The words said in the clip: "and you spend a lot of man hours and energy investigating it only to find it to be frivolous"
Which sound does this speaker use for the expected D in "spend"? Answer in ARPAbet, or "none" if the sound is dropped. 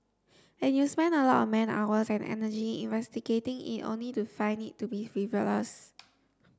none